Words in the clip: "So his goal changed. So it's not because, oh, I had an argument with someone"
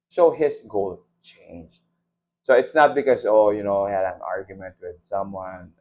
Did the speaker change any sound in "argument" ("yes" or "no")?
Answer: no